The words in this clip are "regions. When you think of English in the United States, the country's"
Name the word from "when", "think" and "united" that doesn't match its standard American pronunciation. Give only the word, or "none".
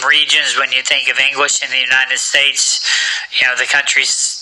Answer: none